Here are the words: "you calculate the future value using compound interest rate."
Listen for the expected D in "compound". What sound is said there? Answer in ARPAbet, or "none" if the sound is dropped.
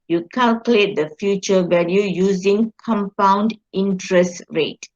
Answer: D